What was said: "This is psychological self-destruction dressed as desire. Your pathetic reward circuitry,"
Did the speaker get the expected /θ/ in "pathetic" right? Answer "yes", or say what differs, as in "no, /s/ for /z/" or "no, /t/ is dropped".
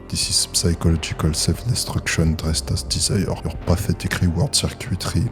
no, /f/ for /θ/